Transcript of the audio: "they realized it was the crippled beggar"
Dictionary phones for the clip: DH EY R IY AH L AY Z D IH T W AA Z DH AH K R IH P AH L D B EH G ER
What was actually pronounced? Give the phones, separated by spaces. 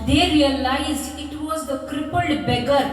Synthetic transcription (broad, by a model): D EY R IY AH L AY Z IH T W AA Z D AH K R IH P AH L D B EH G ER